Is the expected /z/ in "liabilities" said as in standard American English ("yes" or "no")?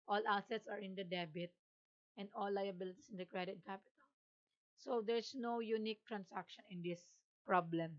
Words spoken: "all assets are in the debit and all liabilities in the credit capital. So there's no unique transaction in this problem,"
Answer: no